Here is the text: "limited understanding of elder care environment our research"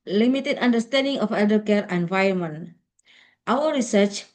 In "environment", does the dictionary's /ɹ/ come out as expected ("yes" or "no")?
no